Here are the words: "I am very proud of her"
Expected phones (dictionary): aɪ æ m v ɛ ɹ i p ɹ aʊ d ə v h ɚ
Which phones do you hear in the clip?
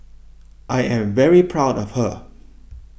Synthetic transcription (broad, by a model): aɪ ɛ m v ɛ ɹ i p ɹ aʊ d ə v h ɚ